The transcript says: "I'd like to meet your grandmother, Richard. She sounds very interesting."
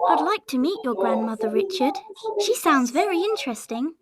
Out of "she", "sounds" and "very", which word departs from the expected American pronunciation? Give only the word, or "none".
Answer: none